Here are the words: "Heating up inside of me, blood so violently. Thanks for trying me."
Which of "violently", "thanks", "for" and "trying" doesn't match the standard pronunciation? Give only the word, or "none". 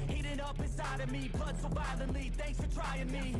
violently